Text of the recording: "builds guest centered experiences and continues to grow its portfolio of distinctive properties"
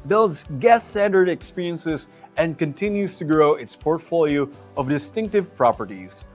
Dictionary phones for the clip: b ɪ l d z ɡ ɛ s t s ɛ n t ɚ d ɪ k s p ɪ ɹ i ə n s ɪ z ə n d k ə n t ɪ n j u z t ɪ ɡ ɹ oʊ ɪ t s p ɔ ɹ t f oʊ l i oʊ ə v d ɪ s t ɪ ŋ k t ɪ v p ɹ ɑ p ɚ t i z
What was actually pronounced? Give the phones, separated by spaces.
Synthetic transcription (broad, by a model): b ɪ l d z ɡ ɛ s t s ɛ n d ɚ d ɪ k s p ɪ ɹ i ə n s ɪ z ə n k ə n t ɪ n j u z t ɪ ɡ ɹ oʊ ɪ t s p ɔ ɹ t f oʊ l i oʊ ə v d ɪ s t ɪ ŋ k t ɪ v p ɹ ɑ p ɚ t i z